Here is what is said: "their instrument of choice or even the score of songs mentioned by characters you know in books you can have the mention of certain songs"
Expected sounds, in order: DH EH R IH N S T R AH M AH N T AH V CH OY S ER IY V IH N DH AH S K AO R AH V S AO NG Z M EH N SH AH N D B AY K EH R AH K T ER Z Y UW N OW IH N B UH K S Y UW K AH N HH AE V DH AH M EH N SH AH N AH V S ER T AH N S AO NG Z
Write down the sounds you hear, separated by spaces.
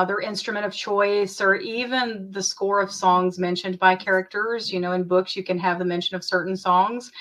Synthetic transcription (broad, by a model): DH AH R IH N S T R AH M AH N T AH V CH OY S ER IY V IH N DH AH S K AO R AH V S AO NG Z M EH N SH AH N B AY K EH R AH K T ER Z Y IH N OW IH N B UH K S Y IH K AH N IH V DH AH M EH N SH AH N AH V S ER T N S AO NG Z